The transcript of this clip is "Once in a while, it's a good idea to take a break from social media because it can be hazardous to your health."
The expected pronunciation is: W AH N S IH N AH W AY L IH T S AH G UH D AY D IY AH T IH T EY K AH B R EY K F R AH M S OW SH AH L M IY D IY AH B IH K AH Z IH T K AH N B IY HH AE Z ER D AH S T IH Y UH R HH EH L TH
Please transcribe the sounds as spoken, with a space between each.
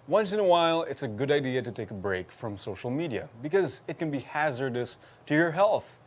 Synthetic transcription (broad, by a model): W AH N S IH N AH W AY L IH T S AH G UH D AY D IY AH T IH T EY K AH B R EY K F R AH M S OW SH L M IY D IY AH B IH K AH Z IH T K AH N B IY HH AE Z ER D AH S T IH Y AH R HH EH L TH